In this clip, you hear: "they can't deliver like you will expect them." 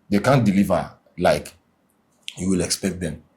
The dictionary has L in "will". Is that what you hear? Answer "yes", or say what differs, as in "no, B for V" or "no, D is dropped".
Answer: yes